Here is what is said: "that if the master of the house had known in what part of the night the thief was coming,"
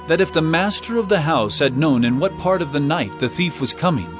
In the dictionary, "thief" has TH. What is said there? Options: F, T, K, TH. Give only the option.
TH